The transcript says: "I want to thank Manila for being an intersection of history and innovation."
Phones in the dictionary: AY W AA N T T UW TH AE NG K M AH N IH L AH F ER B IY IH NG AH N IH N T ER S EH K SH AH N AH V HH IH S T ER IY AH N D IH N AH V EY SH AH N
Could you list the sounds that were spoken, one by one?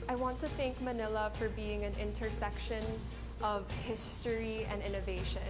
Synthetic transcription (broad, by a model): AY W AA N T T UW TH AE NG K M AH N IH L AH F ER B IY IH NG AH N IH N T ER S EH K SH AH N AH V HH IH S T ER IY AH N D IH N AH V EY SH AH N